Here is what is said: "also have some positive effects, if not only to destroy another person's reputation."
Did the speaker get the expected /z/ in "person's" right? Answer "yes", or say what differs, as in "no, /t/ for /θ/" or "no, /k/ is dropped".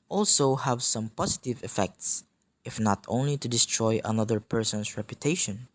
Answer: no, /s/ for /z/